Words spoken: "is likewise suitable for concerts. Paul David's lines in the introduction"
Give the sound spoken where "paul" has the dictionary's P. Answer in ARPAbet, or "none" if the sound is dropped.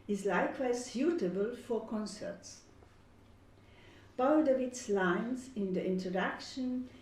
B